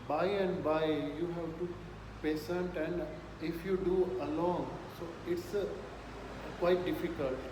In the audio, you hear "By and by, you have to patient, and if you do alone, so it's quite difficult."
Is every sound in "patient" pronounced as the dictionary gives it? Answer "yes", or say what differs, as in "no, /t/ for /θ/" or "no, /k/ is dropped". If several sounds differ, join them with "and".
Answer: no, /s/ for /ʃ/